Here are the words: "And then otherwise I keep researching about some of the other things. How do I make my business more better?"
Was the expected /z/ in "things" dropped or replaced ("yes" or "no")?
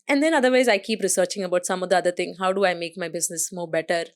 yes